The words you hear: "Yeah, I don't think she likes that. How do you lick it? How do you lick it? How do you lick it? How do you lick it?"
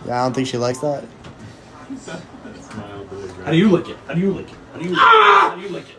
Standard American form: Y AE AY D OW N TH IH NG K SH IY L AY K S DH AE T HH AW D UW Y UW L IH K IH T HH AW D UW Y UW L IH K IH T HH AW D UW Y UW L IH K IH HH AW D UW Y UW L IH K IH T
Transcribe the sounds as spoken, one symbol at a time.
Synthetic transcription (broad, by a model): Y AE AY D OW N TH IH NG K SH IY L AY K S DH AE T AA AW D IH Y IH L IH K IH T HH AW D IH Y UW L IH K IH T HH AW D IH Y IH IH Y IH L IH K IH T